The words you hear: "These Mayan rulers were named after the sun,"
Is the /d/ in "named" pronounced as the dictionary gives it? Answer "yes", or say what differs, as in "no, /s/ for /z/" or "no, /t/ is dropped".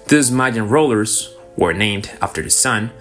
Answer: yes